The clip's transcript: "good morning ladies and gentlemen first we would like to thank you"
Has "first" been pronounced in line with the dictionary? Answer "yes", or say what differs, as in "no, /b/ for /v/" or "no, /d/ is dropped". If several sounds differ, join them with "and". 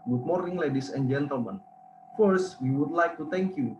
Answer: yes